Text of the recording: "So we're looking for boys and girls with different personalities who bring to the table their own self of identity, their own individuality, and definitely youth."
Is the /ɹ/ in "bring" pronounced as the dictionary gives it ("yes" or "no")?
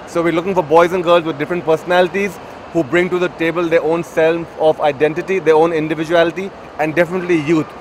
yes